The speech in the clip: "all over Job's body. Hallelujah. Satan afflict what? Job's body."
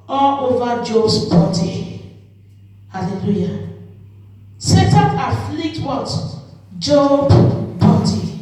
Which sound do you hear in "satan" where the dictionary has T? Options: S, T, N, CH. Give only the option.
T